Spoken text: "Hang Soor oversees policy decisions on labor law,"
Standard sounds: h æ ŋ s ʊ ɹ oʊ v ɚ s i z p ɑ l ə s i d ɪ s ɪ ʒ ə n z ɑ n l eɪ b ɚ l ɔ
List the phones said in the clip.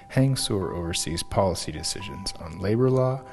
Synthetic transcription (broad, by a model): h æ ŋ s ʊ ɹ oʊ v ɚ s i z p ɑ l ə s i d ɪ s ɪ ʒ ə n z n l eɪ b ɚ l ɔ